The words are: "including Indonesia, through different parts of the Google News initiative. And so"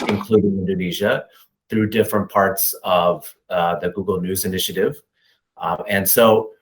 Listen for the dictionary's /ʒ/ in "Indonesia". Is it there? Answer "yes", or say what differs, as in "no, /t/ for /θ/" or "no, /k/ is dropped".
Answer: yes